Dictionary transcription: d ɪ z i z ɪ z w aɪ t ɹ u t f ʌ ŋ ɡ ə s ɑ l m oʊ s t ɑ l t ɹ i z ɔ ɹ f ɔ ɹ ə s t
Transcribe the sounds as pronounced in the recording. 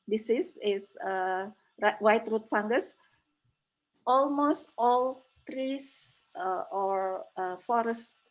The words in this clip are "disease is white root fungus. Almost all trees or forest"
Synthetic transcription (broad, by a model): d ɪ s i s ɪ s w aɪ t ɹ u t f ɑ ŋ ɡ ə s ɑ l m oʊ s t ɑ l t ɹ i s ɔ ɹ f ɔ ɹ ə s t